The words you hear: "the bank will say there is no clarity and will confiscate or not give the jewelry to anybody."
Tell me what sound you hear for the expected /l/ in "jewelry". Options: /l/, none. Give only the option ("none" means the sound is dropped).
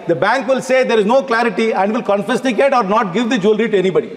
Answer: /l/